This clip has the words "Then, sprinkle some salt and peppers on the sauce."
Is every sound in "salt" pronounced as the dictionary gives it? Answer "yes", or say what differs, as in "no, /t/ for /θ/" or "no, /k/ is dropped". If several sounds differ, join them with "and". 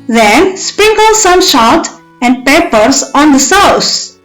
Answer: no, /ʃ/ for /s/ and /l/ is dropped